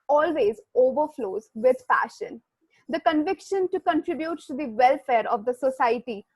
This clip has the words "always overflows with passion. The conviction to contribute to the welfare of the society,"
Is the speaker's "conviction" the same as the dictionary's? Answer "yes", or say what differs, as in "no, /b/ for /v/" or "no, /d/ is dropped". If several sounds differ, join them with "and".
yes